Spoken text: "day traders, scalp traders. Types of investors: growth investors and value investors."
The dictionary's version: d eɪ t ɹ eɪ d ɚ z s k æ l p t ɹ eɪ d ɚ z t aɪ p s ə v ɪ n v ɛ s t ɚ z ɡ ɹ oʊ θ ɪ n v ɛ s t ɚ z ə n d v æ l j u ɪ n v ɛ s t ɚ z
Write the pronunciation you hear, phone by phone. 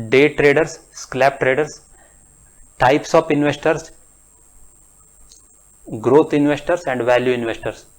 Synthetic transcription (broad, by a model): d eɪ t ɹ eɪ d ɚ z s k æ p t ɹ eɪ d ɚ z t aɪ p s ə p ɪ n v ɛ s t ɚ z ɡ ɹ oʊ t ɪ n v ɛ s t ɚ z ə n d v æ l j u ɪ n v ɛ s t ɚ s